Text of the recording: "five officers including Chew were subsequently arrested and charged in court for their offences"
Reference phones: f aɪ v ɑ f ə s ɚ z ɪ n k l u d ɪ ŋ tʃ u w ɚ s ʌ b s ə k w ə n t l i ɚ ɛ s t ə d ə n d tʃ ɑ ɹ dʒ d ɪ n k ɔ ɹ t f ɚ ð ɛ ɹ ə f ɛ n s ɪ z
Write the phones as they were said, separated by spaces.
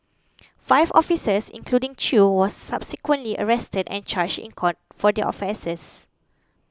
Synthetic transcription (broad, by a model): f aɪ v ɑ f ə s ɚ s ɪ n k l u d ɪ ŋ tʃ u w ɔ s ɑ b s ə k w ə n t l i ɚ ɛ s t ə d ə n tʃ ɑ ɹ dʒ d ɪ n k ɔ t f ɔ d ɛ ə f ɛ s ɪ s